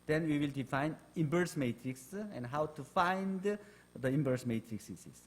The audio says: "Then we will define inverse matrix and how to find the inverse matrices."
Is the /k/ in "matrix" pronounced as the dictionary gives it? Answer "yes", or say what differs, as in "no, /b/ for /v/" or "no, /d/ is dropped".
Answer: yes